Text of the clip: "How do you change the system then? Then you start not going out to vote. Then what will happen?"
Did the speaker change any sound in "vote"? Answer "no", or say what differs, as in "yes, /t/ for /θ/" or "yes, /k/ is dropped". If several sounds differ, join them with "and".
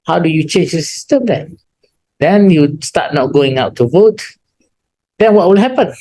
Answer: no